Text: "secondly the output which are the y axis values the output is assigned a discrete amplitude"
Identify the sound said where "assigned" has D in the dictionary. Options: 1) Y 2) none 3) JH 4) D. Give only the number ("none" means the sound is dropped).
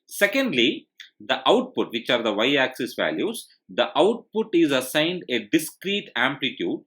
4